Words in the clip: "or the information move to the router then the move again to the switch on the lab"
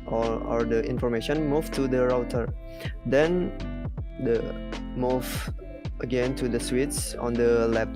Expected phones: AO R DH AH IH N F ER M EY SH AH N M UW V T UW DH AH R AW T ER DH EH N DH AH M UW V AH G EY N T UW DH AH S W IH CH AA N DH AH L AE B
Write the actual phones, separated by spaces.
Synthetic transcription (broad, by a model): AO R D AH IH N F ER M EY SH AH N M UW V T UW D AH R AW T ER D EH N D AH M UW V AH G EY N T UW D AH S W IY S AA N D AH L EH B